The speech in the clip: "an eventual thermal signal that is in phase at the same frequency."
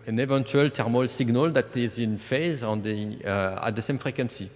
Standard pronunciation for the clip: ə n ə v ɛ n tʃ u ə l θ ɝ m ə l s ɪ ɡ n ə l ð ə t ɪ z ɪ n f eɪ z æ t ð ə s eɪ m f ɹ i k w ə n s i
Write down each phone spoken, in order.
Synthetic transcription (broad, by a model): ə n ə v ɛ n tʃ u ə l t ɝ m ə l s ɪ ɡ n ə l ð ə t ɪ z ɪ n f eɪ z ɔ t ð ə s eɪ m f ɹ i k w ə n s i